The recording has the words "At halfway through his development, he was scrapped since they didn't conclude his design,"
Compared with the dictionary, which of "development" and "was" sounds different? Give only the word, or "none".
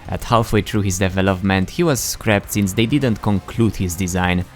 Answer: none